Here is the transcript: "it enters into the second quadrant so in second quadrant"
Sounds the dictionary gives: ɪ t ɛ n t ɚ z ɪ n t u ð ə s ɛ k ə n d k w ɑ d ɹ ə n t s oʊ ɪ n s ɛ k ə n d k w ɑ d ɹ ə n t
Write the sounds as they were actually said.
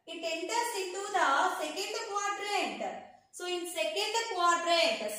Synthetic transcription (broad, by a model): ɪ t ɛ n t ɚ s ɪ t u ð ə s ɛ k ə n d k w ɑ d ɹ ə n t s oʊ ɪ n s ɛ k ə n d k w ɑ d ɹ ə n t